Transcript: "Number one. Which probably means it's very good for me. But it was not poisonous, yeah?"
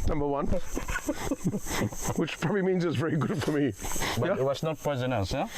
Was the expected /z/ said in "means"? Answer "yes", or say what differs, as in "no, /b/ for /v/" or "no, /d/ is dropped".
yes